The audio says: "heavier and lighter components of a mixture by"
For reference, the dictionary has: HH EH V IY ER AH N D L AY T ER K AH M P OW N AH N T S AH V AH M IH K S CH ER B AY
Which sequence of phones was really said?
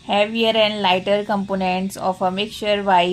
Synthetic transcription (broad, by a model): HH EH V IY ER AH N D L AY T ER K AH M P OW N AH N T S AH F AH M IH K CH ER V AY